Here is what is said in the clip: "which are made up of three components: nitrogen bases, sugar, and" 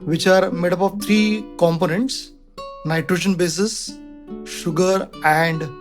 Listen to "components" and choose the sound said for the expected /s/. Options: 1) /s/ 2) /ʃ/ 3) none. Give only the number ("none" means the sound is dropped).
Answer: 1